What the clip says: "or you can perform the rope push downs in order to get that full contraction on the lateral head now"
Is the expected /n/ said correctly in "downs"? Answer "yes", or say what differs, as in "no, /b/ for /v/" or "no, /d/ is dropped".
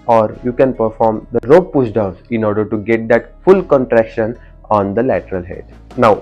no, /n/ is dropped